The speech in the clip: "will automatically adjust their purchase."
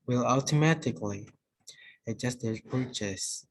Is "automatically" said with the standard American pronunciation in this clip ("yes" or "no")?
yes